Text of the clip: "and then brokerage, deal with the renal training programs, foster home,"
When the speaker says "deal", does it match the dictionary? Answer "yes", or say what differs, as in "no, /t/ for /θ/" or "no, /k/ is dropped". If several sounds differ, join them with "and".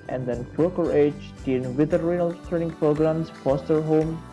no, /n/ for /l/